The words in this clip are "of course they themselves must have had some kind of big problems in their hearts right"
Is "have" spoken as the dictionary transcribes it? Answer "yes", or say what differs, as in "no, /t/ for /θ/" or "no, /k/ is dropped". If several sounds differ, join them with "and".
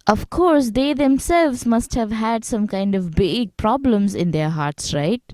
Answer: yes